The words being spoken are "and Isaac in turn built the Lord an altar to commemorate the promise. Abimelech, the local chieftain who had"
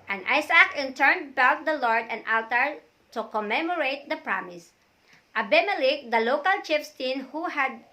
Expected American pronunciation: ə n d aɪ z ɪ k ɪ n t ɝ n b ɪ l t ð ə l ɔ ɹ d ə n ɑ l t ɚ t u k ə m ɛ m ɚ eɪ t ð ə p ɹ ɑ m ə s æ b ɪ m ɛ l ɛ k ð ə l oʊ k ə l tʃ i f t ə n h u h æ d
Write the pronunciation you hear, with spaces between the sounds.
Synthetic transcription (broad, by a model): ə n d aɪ s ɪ k ɪ n t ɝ n b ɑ w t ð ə l ɔ ɹ d ə n ɑ l t ɚ t u k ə m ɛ m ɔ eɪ t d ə p ɹ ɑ m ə s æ b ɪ m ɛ l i k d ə l oʊ k ə l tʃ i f t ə n h u h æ d